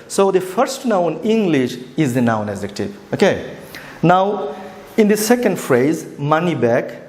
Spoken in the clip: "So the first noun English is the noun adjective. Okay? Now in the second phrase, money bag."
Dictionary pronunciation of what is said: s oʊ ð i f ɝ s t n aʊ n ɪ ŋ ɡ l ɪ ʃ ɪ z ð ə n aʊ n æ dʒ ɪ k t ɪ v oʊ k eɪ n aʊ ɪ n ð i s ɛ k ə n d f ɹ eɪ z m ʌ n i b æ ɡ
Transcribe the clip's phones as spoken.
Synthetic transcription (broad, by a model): s oʊ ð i f ɝ s t n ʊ n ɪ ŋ ɡ l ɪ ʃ ɪ z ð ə n aʊ n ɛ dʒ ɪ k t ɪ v oʊ k eɪ n aʊ ɪ n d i s ɛ k ə n d f ɹ eɪ z m ʌ n i b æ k